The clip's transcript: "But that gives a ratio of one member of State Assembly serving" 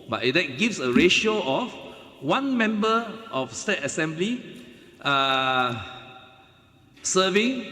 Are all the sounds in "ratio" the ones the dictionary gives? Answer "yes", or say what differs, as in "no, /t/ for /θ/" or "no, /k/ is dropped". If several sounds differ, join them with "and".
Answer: yes